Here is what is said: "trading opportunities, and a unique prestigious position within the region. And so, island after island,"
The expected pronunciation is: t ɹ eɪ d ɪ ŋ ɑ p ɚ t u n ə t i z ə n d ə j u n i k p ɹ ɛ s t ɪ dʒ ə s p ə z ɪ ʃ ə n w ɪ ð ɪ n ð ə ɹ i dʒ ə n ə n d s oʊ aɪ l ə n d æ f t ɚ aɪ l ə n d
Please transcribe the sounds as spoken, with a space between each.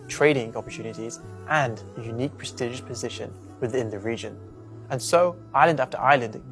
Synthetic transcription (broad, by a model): t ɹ eɪ d ɪ ŋ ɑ p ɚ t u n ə t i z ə n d ə j u n i k p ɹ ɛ s t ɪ ʒ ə s p ə z ɪ ʃ ə n w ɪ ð ɪ n ð ə ɹ i dʒ ə n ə n s oʊ aɪ l ə n d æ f t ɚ aɪ l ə n d